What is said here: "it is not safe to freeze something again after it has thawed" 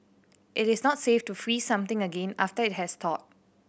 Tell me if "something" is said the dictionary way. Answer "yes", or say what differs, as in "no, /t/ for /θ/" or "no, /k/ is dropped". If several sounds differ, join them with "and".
no, /t/ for /θ/